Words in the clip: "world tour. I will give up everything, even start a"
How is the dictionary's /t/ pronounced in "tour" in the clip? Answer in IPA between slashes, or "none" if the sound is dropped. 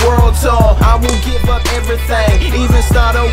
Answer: /s/